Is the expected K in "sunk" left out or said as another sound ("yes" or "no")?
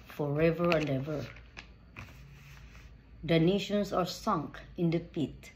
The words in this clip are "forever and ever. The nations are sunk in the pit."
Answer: no